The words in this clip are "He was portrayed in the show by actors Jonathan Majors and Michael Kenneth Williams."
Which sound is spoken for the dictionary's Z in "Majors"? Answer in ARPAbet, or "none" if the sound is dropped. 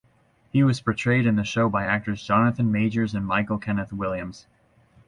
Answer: Z